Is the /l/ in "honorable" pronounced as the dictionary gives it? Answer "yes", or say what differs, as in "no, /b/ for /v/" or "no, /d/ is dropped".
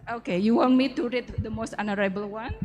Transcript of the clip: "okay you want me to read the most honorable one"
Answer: yes